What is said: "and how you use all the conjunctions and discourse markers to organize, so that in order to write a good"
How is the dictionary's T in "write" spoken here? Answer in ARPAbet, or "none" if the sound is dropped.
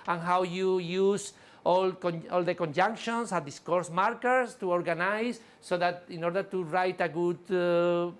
T